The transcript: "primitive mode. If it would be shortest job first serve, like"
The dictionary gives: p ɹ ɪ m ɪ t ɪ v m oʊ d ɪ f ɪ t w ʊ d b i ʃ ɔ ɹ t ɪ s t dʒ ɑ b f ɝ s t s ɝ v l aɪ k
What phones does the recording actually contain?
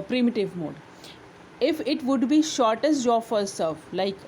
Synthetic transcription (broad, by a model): p ɹ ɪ m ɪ t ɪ v m oʊ d ɪ f ɪ t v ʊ d b i ʃ ɔ ɹ t ɪ s t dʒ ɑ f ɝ t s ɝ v l aɪ k